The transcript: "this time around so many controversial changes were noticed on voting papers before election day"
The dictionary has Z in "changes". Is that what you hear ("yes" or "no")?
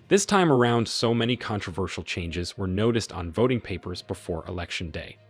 yes